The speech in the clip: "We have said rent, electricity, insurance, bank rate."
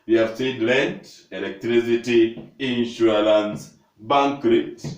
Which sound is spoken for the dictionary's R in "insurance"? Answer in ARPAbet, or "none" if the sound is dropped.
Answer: L